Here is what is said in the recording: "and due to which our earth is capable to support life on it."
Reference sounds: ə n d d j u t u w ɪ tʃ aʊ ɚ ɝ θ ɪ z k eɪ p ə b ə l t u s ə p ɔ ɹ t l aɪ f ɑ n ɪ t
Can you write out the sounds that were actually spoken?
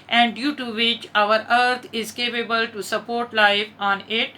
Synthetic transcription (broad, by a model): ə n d d j u t u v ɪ tʃ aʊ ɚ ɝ t ɪ z k eɪ p ə b ə l t u s ə p ɔ ɹ t l aɪ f ɑ n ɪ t